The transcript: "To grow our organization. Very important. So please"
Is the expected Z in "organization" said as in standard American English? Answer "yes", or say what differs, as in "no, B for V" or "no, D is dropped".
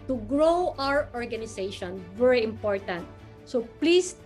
no, S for Z